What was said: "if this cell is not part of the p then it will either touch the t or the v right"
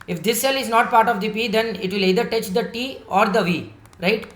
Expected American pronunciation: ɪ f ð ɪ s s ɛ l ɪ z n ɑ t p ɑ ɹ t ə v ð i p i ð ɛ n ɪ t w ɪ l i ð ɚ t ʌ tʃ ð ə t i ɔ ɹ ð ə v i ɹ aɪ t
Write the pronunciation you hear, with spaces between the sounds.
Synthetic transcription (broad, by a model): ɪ f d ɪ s s ɛ l ɪ z n ɑ t p ɑ ɹ t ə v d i p i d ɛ n ɪ t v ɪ l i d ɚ t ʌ tʃ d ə t i ɔ ɹ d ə v i ɹ aɪ t